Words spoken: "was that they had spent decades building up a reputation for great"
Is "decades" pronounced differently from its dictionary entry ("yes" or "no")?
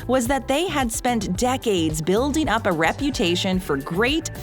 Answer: no